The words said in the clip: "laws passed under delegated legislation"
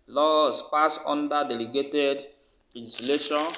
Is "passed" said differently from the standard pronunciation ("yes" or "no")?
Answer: yes